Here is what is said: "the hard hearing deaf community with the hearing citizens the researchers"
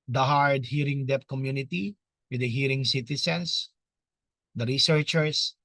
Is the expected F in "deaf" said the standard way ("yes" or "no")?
no